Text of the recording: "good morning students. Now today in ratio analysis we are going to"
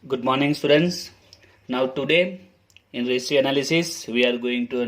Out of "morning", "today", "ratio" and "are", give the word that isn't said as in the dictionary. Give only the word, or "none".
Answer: ratio